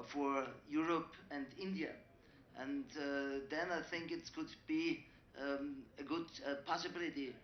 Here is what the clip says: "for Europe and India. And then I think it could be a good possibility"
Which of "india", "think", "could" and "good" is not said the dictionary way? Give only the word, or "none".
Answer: none